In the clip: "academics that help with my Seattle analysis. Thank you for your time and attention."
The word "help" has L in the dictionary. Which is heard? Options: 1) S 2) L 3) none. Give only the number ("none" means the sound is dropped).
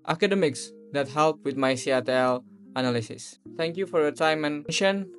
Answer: 2